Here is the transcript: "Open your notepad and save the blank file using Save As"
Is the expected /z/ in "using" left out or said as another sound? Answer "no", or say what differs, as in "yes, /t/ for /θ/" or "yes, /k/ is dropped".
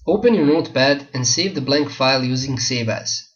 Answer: no